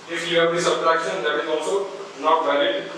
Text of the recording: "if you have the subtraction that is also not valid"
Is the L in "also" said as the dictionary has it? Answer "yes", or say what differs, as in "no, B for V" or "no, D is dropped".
no, W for L